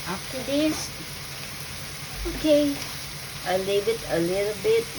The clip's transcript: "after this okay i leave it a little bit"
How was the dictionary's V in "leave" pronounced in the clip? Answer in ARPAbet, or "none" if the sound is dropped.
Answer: B